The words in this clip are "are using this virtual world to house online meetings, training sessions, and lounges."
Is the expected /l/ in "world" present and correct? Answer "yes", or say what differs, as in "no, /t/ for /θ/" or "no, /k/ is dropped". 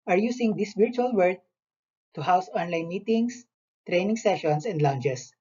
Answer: no, /l/ is dropped